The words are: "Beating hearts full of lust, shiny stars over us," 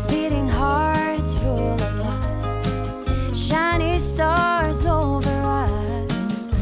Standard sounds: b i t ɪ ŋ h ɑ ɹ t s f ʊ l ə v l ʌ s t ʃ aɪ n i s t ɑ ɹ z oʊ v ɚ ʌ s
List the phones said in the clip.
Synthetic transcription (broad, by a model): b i t ɪ ŋ h ɑ ɹ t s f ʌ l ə p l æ s t ʃ aɪ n i s t ɑ ɹ z oʊ v ɚ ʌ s